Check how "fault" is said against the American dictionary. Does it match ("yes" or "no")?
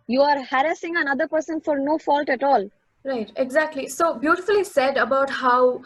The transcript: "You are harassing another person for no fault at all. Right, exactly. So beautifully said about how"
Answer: yes